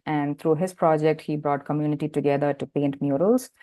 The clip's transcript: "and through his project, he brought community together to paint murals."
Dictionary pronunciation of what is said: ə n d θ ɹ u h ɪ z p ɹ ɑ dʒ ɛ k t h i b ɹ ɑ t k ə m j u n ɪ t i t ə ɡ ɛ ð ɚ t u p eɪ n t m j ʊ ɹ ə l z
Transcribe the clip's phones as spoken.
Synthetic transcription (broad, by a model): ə n d t ɹ u h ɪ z p ɹ ɑ dʒ ɛ k t h i b ɹ ɑ t k ə m j u n ɪ t i t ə ɡ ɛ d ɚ t u p eɪ n t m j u ɹ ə l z